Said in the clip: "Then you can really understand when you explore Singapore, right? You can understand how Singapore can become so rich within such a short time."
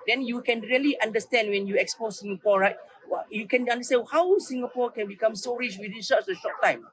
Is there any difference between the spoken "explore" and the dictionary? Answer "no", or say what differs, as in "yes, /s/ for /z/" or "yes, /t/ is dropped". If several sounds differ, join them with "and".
yes, /l/ is dropped